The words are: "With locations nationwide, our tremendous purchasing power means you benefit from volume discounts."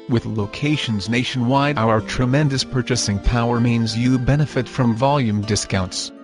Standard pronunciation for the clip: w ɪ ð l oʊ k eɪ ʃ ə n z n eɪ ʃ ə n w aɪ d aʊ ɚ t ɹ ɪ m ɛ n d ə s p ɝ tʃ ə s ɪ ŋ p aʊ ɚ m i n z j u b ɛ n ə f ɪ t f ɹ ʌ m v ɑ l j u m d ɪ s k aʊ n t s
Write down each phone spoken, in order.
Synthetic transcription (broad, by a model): w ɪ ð l oʊ k eɪ ʃ ə n z n eɪ ʃ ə n w aɪ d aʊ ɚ t ɹ ɪ m ɛ n d ə s p ɝ tʃ ə s ɪ ŋ p aʊ ɚ m i n z j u b ɛ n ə f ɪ t f ɹ ʌ m v ɑ l j u m d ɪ s k aʊ n t s